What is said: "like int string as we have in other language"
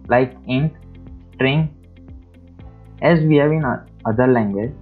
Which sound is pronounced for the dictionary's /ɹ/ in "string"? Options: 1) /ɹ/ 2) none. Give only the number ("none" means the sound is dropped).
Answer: 1